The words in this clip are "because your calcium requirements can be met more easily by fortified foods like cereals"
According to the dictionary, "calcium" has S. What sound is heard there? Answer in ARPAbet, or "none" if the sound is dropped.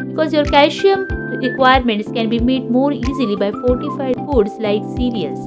SH